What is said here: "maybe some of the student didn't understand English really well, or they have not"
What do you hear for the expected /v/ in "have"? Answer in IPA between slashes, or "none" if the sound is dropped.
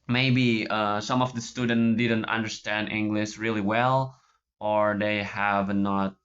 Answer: /v/